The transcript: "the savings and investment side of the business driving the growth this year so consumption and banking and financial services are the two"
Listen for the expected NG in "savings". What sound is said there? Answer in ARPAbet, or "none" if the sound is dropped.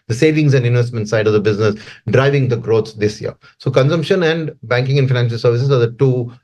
NG